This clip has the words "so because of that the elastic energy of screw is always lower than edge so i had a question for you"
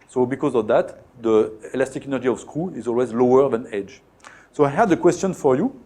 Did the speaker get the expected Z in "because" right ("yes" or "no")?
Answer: yes